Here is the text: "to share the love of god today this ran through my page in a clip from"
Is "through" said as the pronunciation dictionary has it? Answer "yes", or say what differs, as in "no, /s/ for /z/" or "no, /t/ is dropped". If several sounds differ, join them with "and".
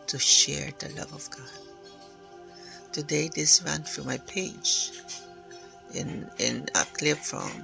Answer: no, /f/ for /θ/